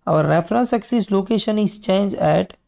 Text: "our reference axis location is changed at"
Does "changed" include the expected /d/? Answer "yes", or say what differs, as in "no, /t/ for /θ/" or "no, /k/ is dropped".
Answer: no, /d/ is dropped